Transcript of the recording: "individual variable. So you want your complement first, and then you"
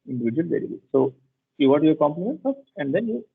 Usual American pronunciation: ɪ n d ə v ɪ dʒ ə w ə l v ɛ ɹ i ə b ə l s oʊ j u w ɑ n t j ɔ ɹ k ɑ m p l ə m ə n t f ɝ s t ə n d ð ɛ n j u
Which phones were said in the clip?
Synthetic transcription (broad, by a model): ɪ n d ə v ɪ dʒ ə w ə l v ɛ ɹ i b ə s oʊ j u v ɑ t j ɔ ɹ k ɑ m p l ə m ə n t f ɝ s t ə n d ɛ n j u